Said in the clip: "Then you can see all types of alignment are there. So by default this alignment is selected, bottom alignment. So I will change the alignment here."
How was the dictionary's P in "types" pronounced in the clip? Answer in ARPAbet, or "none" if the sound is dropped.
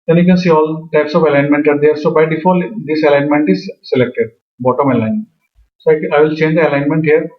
P